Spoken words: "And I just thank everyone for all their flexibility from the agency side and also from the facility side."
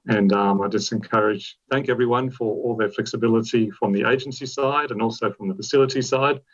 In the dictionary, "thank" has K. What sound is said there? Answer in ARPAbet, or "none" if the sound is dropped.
K